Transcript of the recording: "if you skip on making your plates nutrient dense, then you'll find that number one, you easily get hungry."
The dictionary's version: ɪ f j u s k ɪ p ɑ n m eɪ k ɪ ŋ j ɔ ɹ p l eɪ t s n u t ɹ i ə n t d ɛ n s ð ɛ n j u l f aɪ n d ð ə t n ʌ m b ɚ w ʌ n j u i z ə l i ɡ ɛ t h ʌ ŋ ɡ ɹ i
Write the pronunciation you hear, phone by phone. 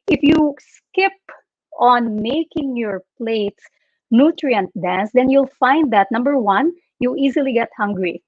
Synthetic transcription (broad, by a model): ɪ f j u s k ɪ p ɑ n m eɪ k ɪ ŋ j ɔ ɹ p l eɪ t s n u t ɹ i ə n t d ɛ n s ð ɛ n j u l f aɪ n d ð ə t n ʌ m b ɚ w ʌ n j u i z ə l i ɡ ɛ t h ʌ ŋ ɡ ɹ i